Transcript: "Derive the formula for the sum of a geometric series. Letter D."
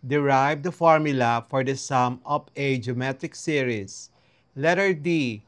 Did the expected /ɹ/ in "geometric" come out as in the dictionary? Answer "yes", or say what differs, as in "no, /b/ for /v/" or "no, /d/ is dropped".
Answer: no, /ɹ/ is dropped